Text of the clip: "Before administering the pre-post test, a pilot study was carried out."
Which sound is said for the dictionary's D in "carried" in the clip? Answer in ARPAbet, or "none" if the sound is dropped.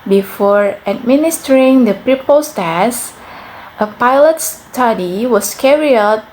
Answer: none